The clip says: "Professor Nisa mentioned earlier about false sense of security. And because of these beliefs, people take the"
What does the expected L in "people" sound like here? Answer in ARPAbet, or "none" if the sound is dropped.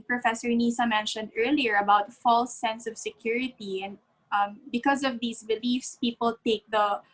L